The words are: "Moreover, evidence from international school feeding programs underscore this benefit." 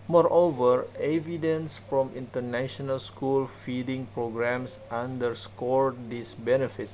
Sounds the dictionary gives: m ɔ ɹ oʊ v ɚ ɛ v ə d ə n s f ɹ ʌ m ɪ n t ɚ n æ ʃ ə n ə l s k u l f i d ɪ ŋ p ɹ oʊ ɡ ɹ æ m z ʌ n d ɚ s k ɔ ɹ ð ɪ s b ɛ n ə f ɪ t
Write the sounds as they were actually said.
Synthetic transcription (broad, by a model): m ɔ ɹ oʊ v ɚ ɛ v ə d ə n s f ɹ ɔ m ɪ n t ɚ n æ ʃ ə n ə l s k u l f i d ɪ ŋ p ɹ oʊ ɡ ɹ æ m s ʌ n d ɚ s k ɔ ɹ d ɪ s b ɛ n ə f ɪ t